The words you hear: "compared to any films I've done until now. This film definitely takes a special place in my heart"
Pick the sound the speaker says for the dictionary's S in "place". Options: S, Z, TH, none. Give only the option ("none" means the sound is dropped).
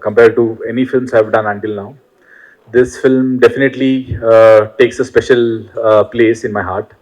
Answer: S